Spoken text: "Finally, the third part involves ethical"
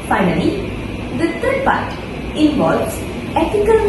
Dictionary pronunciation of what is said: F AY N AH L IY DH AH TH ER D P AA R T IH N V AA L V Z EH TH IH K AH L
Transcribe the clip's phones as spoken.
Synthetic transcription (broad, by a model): F AY N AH L IY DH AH T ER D P AA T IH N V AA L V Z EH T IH K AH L